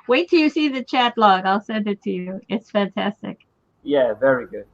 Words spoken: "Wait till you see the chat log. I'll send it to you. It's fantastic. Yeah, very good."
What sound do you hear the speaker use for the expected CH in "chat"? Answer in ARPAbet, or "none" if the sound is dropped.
CH